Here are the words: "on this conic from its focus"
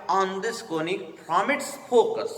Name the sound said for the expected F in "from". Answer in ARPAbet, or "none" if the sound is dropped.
P